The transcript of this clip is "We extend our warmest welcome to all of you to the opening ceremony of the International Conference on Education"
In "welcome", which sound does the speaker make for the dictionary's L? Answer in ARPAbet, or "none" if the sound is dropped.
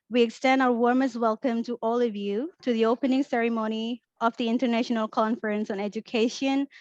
L